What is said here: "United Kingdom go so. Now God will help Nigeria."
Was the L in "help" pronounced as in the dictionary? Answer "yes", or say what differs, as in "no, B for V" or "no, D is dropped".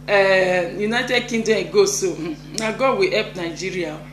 no, L is dropped